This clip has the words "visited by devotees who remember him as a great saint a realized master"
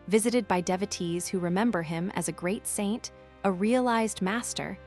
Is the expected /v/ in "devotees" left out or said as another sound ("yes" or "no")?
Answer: no